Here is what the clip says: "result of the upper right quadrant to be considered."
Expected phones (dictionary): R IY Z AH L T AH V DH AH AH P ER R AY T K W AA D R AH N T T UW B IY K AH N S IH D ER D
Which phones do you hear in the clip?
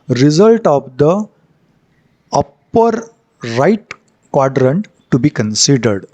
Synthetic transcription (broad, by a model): R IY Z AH L T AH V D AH AH P ER R AY T K W AA D R AH N T T UW B IY K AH N S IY D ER D